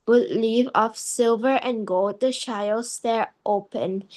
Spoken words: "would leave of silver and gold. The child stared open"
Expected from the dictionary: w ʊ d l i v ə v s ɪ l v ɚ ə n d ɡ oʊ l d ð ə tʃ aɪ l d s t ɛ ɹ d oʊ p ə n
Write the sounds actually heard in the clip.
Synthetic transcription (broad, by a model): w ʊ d l i v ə f s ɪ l v ɚ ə n ɡ oʊ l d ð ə ʃ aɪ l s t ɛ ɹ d oʊ p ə n